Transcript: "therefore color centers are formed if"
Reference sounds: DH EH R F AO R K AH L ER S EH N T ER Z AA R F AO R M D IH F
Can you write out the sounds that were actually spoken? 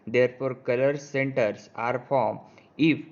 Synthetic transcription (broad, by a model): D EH R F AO R K AH L ER S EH N T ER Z AA R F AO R M IH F